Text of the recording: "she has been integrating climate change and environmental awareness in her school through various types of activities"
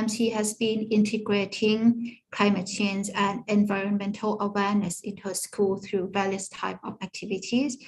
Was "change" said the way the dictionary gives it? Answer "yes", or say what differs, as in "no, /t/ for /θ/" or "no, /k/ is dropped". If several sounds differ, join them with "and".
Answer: no, /z/ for /dʒ/